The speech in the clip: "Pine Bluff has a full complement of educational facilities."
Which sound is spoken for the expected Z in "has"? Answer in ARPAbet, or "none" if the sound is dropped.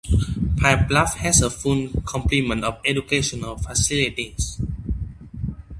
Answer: S